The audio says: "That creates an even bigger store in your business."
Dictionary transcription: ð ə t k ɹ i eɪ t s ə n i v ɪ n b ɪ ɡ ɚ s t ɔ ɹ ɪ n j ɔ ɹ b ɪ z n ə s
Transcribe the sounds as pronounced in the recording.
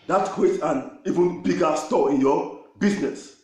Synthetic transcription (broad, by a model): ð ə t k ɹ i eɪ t ə n i v ɪ n b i ɡ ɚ s t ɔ ɪ n j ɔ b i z n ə s